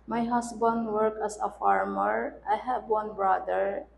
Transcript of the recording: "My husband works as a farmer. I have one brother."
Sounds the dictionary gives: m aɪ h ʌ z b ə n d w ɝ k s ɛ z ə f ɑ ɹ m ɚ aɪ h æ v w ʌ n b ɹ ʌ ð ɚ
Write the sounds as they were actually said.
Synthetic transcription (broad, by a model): m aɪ h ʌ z b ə n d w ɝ k ɛ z ə f ɑ ɹ m ɚ aɪ h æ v w ʌ n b ɹ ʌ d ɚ